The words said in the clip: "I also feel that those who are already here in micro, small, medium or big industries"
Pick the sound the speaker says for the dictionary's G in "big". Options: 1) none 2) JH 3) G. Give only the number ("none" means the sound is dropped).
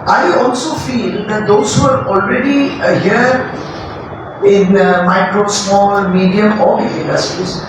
1